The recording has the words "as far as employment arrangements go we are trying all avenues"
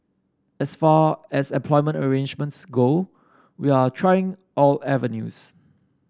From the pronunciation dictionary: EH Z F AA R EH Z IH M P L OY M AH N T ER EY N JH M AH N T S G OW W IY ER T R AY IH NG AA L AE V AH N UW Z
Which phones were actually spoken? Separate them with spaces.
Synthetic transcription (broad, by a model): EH S F AA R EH S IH M P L OY M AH N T ER EY N JH M AH N T S G OW W IY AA T R AY IH NG AA L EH V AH N UW S